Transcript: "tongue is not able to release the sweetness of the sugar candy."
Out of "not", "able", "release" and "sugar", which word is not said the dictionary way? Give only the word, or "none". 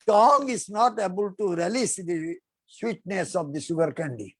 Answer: sugar